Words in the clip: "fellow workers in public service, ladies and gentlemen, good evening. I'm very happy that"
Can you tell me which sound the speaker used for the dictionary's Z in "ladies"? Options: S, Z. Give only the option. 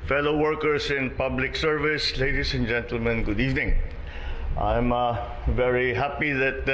S